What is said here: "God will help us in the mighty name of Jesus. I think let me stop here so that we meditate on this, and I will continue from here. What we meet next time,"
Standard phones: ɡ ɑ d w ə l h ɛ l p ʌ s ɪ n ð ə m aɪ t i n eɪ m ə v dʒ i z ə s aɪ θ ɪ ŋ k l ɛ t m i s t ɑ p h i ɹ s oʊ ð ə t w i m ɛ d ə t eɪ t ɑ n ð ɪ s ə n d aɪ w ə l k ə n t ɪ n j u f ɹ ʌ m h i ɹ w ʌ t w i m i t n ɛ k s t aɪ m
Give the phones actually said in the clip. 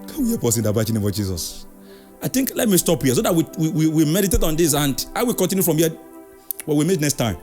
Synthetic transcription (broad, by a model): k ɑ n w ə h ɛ p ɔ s ɪ n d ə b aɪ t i n eɪ m ə v dʒ i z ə s aɪ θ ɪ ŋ k l ɛ t m i s t ɑ p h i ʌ s oʊ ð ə t w i m ɛ d ə t eɪ t ɑ n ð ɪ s ə n d aɪ w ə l k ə n t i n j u f ɹ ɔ m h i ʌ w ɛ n w i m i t n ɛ k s t aɪ m